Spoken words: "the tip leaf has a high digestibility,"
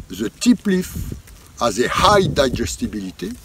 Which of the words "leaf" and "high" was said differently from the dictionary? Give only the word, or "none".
none